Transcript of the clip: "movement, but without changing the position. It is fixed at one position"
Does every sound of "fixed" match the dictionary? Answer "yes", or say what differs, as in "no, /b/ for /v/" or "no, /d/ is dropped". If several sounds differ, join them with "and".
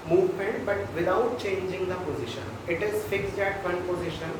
no, /t/ is dropped